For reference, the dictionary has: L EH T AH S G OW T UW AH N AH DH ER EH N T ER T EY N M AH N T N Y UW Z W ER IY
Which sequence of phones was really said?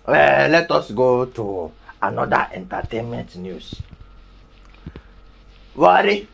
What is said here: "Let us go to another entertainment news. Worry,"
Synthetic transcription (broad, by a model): L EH T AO S G OW T UW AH N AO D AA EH N T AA T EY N M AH N T N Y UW S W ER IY